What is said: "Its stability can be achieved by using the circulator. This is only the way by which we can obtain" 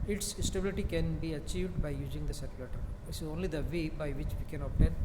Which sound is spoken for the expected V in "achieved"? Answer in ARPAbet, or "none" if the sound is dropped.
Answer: V